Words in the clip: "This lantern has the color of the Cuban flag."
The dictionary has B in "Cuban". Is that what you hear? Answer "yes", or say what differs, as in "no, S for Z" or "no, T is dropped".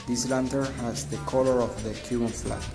no, B is dropped